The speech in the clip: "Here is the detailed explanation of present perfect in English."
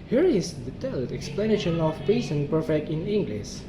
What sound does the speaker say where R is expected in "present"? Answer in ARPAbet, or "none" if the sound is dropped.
none